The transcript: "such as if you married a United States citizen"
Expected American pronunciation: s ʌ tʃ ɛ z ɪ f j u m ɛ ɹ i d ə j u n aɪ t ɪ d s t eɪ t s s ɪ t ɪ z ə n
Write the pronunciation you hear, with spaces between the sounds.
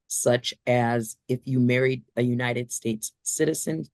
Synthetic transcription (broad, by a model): s ʌ tʃ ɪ z ɪ f j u m ɛ ɹ i d ə j u n aɪ t ɪ d s t eɪ t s s ɪ t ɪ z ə n